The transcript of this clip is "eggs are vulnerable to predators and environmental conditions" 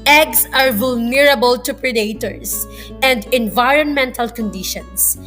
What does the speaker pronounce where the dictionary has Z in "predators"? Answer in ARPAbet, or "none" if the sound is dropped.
S